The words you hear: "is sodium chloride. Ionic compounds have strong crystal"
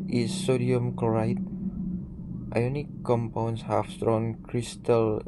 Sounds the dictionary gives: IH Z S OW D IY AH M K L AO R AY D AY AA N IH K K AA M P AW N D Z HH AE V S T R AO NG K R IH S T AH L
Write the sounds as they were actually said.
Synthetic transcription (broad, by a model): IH S OW D IY AH M K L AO R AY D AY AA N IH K K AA M P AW N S HH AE F S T R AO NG K R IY S T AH L